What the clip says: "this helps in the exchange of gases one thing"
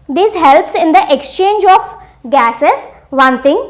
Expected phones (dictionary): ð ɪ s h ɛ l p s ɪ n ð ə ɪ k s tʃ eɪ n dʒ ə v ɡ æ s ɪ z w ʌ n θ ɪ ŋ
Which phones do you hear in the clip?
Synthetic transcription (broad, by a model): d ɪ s h ɛ l p s ɪ n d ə ɪ k s tʃ eɪ n dʒ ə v ɡ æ s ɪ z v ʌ n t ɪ ŋ